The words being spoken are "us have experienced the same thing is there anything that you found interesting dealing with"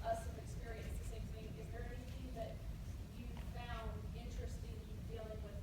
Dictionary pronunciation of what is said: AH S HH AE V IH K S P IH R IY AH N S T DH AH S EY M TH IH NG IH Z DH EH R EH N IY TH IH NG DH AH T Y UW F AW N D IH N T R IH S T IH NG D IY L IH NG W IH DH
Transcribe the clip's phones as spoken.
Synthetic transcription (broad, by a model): AH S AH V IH K S P IH R IY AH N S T DH AH S EY M TH IH NG IH Z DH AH R EH N IY TH IH NG DH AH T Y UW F AW N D IH N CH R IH S T IH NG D IY L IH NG W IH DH